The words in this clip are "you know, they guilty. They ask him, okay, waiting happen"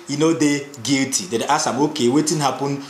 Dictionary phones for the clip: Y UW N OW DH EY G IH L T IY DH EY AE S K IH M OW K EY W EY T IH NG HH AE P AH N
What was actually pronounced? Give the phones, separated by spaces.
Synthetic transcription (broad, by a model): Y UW N OW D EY G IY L T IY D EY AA S IH M OW K EY W EY T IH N HH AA P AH N